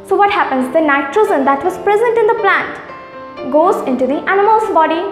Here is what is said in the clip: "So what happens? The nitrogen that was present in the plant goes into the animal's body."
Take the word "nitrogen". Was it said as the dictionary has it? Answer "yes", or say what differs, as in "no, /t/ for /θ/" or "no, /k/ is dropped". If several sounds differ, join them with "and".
no, /z/ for /dʒ/